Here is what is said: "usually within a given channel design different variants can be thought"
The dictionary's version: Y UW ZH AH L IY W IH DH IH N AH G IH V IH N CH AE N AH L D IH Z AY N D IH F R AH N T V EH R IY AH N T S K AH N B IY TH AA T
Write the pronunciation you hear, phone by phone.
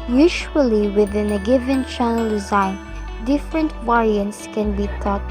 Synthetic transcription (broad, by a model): Y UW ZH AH L IY W IH DH IH N AH G IH V IH N CH AE N AH L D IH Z AY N D IH F R AH N T W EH R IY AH N T S K AH N B IY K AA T